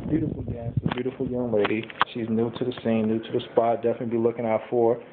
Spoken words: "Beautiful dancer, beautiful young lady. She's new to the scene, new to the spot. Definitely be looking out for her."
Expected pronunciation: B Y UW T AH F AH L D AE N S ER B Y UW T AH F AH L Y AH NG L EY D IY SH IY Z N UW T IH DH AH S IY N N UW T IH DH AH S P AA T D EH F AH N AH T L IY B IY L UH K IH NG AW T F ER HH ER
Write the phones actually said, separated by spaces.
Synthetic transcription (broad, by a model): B Y UW T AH F L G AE S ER B Y UW T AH F L Y AH NG L EY D IY SH IY Z N UW T IH DH AH S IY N N UW T IH DH AH S P AA T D EH F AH N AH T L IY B IY L UH K IH NG AW T F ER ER